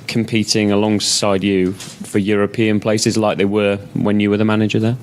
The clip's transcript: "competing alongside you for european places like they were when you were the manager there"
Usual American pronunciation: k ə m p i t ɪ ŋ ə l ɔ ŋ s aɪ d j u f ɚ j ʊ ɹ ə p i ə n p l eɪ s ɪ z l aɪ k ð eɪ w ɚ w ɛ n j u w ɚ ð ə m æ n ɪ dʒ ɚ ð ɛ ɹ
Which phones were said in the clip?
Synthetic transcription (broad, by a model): k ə m p i t ɪ ŋ ə l ɔ ŋ s aɪ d j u f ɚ j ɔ ɹ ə p i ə n p l eɪ s ɪ z l aɪ k ð eɪ w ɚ w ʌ n j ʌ w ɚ ð ə m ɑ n ɪ dʒ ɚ ð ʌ